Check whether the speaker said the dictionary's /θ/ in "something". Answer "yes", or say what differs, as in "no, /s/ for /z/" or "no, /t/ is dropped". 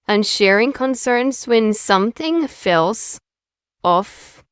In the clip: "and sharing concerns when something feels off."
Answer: yes